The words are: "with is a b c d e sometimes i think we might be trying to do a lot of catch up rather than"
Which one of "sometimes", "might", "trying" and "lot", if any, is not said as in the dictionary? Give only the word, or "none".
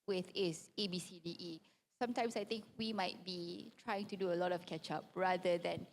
sometimes